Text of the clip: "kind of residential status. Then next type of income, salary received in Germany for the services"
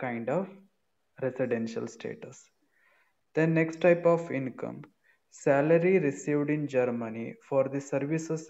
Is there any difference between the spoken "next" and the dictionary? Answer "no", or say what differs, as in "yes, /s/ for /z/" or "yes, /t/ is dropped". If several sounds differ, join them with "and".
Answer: no